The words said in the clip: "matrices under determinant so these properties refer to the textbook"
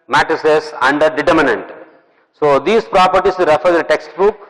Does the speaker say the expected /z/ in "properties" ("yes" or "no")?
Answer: no